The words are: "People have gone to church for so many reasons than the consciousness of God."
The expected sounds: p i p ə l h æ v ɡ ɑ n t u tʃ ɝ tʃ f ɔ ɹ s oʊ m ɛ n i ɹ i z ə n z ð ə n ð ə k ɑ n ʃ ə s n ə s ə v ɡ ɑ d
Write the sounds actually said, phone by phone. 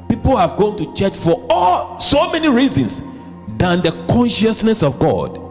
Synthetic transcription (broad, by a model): p i p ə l h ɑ v ɡ ɑ n t u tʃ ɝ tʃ f ɔ l s oʊ m ɛ n i ɹ i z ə n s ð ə n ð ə k ɑ n ʃ ə s n ə s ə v ɡ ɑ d